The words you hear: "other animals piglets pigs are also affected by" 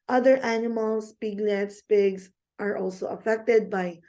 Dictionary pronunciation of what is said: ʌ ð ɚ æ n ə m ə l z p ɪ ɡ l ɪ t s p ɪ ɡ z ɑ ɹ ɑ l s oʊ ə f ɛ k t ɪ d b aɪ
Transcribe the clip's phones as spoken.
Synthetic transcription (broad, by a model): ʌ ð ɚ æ n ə m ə l s p ɪ ɡ l ɪ t s p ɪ ɡ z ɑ ɹ ɑ l s oʊ ə f ɛ k t ɪ d b aɪ